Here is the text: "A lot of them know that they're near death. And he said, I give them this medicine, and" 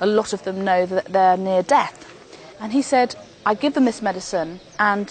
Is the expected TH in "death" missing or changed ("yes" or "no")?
no